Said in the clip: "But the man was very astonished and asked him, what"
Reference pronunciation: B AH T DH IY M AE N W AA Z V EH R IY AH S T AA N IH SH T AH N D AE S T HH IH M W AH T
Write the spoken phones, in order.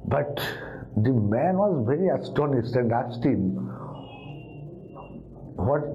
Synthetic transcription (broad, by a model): B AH T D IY M AE N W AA Z V EH R IY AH S T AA N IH S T AH N D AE S T HH IH M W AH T